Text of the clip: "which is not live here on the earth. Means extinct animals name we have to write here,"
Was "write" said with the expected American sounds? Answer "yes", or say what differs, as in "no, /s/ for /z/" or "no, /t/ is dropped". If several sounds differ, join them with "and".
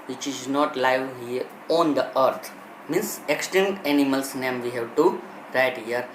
yes